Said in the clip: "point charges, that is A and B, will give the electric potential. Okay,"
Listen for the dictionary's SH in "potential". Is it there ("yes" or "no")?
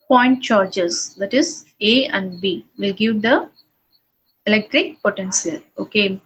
no